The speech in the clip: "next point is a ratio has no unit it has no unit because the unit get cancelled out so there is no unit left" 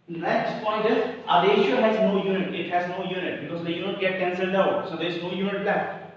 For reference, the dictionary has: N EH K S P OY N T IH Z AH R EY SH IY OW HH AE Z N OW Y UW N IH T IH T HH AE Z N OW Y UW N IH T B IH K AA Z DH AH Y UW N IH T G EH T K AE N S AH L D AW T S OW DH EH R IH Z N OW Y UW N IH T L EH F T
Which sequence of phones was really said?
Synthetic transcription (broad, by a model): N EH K S P OY N T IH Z AH L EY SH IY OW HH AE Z N OW Y UW N IH T IH T HH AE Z N OW Y UW N IH T B IH K AA Z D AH Y UW N IH T G EH T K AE N S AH L D AW T S OW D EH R IH Z N OW Y UW N IH T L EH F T